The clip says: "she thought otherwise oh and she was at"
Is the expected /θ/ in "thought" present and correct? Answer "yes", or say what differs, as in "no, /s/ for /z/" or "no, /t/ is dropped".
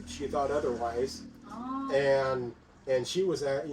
yes